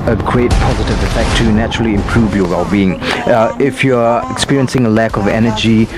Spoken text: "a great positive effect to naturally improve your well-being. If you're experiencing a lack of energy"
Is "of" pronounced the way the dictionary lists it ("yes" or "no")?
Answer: yes